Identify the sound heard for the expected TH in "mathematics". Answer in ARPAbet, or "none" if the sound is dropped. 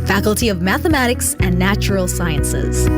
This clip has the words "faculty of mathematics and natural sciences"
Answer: TH